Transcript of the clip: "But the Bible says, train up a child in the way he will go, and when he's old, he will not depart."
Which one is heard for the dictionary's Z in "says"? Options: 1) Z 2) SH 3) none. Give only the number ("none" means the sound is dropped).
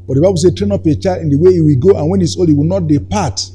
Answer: 3